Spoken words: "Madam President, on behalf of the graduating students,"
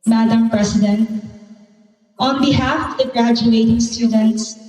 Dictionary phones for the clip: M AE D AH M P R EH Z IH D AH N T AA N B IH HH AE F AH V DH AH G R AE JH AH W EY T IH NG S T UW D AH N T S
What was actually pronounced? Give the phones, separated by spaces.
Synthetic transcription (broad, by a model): M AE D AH M P R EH S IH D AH N T AA N B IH HH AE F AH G R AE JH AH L EY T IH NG S T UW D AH N T S